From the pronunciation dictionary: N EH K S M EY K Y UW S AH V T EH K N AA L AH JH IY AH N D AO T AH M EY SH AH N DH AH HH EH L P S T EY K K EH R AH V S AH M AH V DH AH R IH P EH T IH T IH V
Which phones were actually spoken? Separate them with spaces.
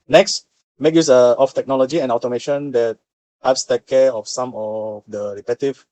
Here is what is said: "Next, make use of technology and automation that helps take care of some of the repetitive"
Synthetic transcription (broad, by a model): N EH K S M EY K Y UW S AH F T EH K N AA L AH JH IY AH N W T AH M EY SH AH N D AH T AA P S T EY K K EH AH F S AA M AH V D AH R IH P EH T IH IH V